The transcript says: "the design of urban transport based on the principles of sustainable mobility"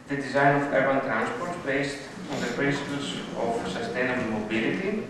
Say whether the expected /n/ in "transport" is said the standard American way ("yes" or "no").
yes